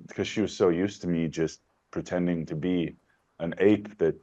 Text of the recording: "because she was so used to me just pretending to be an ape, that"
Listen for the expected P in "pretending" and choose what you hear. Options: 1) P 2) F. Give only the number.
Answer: 1